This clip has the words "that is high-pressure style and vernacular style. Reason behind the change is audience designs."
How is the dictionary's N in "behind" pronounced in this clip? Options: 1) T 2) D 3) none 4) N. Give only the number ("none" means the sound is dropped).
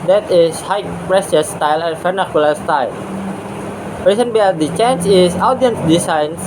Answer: 3